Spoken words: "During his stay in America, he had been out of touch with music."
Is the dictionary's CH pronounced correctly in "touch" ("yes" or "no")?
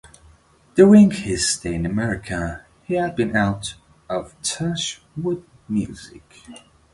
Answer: no